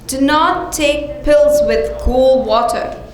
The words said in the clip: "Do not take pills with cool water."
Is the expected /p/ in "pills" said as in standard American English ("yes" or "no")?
yes